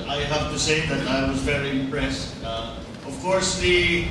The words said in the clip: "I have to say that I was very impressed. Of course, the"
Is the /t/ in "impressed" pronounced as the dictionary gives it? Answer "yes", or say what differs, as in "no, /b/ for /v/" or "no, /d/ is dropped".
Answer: yes